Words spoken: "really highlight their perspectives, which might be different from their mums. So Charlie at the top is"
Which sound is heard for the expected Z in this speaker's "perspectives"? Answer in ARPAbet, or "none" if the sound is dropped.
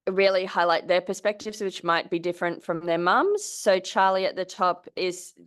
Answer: Z